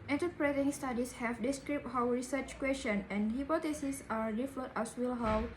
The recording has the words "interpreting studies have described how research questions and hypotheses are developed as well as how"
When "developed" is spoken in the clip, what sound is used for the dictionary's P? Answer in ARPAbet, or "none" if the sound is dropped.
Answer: none